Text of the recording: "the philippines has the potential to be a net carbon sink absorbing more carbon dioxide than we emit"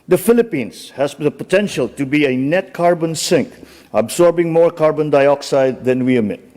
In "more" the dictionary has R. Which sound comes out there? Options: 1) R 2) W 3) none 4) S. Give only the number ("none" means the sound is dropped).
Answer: 1